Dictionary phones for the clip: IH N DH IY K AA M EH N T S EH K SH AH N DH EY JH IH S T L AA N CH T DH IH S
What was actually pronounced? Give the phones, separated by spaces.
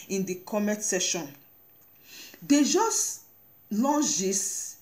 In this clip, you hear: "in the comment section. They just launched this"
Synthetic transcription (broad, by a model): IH N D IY K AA M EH T S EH SH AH N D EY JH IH S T L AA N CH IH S